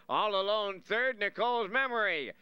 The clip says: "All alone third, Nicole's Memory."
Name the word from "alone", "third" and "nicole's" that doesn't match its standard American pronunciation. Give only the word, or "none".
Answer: none